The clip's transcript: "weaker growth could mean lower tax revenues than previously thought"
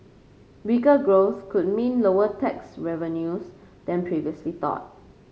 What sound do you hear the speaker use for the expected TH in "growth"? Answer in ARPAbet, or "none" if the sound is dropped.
S